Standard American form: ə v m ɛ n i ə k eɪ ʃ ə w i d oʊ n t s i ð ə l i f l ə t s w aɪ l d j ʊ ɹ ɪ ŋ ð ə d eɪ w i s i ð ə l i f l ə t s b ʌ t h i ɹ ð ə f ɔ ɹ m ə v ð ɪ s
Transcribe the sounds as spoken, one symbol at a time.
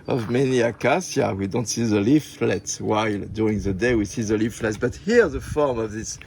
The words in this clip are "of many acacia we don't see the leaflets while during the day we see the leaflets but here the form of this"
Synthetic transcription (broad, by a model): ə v m ɛ n i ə k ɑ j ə w i d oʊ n t s i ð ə l i f l ə t s w aɪ l d j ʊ ɹ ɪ ŋ ð ə d eɪ w i s i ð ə l i f l ə t s b ʌ t h i ɹ ð ə f ɔ ɹ m ə v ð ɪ s